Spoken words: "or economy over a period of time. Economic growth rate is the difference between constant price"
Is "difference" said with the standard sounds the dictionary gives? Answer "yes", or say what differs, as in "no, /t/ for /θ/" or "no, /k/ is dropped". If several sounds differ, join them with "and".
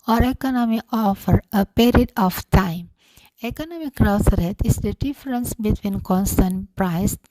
yes